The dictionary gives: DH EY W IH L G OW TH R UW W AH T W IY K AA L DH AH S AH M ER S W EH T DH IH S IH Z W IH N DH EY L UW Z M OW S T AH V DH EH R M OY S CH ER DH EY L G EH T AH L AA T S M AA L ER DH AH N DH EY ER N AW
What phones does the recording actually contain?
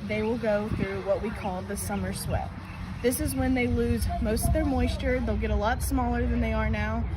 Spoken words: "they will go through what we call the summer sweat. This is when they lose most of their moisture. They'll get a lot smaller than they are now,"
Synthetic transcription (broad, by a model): DH EY W IH L G OW TH R UW W AH T W IY K AA L DH AH S AH M ER S W EH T DH IH S IH Z W IH N DH EY L UW Z M OW S T AH V DH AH R M OY S CH ER DH EY L G EH T AH L AA T S M AA L ER DH AH N DH EY ER N AW